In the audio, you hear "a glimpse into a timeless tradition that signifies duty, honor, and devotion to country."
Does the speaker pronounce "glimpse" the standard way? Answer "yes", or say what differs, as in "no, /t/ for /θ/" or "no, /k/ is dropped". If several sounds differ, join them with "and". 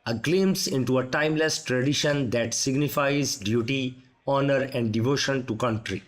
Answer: no, /p/ is dropped